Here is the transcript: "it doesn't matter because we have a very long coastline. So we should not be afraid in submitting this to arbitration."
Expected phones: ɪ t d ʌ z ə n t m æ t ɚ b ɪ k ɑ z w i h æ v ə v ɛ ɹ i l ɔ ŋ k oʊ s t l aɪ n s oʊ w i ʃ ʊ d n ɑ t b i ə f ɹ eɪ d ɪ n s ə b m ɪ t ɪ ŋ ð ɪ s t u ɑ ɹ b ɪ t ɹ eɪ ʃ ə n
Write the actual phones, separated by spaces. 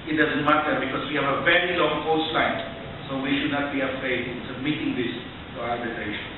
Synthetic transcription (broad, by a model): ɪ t d ʌ z ə n t m æ t ɚ b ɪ k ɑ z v i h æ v ə v ɛ ɹ i l ɔ ŋ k oʊ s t l aɪ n s oʊ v i ʃ ʊ d n ɑ t b i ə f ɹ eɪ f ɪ l s ə b m ɪ t ɪ ŋ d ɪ s t u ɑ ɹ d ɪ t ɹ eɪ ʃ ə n